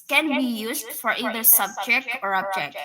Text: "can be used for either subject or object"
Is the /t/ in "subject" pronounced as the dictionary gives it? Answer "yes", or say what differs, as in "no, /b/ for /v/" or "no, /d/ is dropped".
yes